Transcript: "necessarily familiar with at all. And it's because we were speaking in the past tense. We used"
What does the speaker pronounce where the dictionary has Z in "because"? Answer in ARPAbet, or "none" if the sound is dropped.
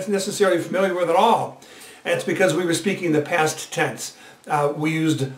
Z